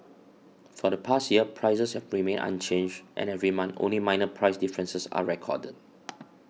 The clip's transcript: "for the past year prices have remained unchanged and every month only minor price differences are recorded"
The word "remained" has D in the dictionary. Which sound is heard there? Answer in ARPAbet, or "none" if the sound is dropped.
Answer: none